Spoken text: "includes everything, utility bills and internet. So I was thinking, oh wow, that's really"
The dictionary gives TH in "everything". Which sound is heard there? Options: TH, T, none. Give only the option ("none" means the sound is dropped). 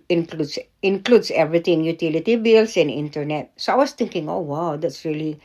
T